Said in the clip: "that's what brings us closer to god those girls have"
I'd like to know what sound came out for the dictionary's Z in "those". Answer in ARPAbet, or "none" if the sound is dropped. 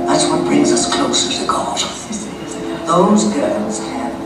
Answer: Z